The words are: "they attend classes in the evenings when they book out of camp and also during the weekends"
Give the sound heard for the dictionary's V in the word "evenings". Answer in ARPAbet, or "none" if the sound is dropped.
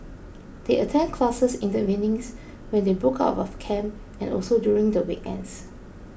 none